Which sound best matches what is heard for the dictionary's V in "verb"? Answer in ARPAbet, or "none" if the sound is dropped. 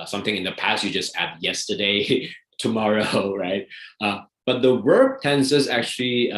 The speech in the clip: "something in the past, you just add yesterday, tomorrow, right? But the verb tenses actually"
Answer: W